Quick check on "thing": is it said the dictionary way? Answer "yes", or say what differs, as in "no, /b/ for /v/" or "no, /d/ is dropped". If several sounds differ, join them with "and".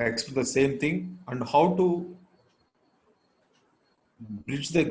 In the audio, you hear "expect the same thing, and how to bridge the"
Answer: no, /t/ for /θ/